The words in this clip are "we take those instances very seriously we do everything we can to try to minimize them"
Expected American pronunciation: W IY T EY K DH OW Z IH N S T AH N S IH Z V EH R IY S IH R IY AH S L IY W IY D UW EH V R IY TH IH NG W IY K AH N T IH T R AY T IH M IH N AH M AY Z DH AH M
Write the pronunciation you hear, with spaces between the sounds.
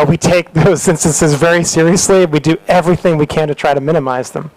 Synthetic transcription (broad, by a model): W IY T EY K DH OW Z IH N S T AH N S IH Z V EH R IY S IH R IY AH S L IY W IY D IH EH V R IY TH IH NG W IY K AH N T IH T R AY T IH M IH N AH M AY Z DH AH M